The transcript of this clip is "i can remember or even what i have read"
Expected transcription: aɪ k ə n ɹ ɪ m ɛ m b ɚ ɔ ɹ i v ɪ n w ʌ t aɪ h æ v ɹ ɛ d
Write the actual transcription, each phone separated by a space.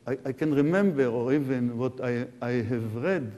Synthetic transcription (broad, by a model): aɪ k ə n ɹ ɪ m ɛ m b ɚ ɔ ɹ i v ɪ n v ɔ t aɪ h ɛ v ɹ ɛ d